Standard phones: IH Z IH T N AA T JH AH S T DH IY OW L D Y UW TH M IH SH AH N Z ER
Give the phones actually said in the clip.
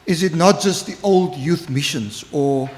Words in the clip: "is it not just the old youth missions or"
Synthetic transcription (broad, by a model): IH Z IH T N AA T JH AH S T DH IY OW L D Y UW TH M IH SH AH N Z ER